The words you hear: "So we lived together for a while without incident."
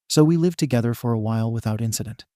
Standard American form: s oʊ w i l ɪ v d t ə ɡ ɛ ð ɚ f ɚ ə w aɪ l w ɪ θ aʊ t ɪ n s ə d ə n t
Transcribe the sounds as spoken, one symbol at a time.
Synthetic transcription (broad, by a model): s oʊ w i l ɪ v t ə ɡ ɛ ð ɚ f ɚ ə w aɪ l w ɪ θ aʊ t ɪ n s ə d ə n t